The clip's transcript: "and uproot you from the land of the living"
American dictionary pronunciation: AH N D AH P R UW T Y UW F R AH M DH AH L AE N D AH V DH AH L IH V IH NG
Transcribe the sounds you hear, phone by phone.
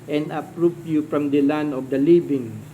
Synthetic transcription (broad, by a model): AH N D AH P R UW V Y UW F R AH M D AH L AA N AH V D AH L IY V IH NG